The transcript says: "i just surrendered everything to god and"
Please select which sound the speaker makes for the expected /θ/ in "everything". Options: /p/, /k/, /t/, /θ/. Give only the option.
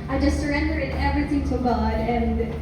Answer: /θ/